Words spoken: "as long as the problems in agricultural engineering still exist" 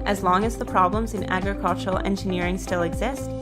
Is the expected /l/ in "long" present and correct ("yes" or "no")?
yes